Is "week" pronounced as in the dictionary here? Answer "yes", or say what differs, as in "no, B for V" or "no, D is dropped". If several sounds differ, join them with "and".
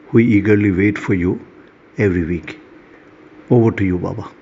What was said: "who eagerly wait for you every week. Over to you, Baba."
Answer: yes